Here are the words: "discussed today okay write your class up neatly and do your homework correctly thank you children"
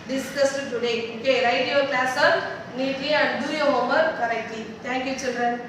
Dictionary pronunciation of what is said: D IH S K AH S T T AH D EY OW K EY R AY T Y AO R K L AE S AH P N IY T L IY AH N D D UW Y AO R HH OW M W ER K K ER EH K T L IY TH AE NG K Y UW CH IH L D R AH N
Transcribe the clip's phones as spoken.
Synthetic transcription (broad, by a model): D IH S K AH S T T AH D EY OW K EY R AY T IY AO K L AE S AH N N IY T IY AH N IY D UW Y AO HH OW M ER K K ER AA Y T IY T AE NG K Y UW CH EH L D R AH N